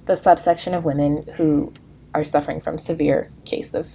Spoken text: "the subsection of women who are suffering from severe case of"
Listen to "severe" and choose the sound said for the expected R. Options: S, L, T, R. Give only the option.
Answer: R